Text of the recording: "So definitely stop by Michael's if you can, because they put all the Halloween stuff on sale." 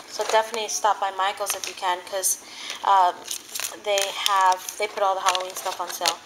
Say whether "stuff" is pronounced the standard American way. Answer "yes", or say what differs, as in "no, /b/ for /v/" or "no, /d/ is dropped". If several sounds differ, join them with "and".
yes